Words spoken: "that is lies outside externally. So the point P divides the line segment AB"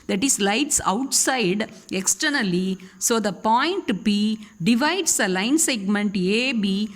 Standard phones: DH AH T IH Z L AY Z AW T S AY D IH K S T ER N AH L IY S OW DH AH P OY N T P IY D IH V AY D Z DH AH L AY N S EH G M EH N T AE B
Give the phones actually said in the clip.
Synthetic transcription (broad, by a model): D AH T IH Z L AY S AW T S AY D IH K S T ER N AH L IY S OW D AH P OY N T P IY D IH V AY D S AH L AY N S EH G M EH N T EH B